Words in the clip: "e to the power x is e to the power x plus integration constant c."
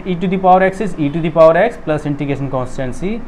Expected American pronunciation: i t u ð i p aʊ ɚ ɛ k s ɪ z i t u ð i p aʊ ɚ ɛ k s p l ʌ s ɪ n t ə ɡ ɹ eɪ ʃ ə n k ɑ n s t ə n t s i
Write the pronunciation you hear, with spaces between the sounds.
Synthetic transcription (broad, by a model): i t u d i p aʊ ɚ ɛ k s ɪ s i t u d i p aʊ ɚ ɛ k s p l ʌ s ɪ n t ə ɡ eɪ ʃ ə n k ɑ n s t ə n s i